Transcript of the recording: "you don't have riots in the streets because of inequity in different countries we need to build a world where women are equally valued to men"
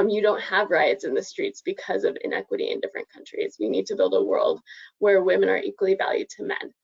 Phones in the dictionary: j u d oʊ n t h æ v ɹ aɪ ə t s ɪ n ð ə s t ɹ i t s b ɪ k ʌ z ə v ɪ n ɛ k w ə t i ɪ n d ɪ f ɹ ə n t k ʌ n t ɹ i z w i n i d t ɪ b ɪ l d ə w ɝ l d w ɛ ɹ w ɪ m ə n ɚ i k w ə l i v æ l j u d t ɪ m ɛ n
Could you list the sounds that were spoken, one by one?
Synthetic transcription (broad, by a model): j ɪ d oʊ n t h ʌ v ɹ aɪ ə t s ɪ n ð ə s t ɹ i t s b ɪ k ʌ z ə v ɪ n ɛ k w ə t i ɪ n d ɪ f ɹ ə n k ʌ n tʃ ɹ i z w i n i d t ɪ b ɪ l d ə w ɝ l d w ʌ ɹ w ɪ m ə n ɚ i k w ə l i v æ l j u d t ɪ m ɛ n